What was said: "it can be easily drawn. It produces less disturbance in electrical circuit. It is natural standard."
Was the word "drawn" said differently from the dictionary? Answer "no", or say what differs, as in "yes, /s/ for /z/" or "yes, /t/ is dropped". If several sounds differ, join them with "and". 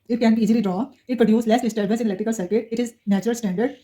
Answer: yes, /n/ is dropped